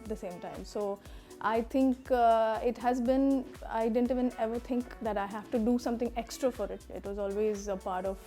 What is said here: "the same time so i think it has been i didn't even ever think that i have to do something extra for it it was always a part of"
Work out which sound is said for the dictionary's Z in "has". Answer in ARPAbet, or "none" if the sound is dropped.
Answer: Z